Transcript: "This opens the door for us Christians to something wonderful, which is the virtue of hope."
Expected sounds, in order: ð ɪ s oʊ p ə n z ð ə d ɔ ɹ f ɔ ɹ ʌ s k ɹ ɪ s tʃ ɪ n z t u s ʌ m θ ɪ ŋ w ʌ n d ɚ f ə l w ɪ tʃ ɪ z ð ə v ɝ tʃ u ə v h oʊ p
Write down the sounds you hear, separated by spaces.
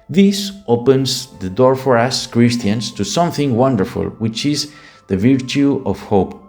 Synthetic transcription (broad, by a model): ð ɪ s oʊ p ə n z ð ə d ɔ ɹ f ɔ ɹ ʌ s k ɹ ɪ s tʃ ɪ n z t u s ʌ m θ ɪ ŋ w ʌ n d ɚ f ə l w ɪ tʃ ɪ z ð ə v ɝ tʃ u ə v h oʊ p